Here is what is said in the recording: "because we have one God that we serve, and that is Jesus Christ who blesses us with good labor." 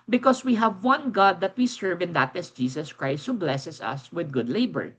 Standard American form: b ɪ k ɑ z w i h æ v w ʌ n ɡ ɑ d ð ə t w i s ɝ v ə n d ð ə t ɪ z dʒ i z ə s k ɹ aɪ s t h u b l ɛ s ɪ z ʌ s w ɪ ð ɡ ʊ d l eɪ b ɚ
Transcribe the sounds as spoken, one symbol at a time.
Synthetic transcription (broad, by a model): b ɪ k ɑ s w i h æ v w ʌ n ɡ ɑ d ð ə t w i s ɝ v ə n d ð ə t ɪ s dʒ i s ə s k ɹ aɪ s t h u b l ɛ s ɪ s ʌ s w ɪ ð ɡ ʊ d l eɪ b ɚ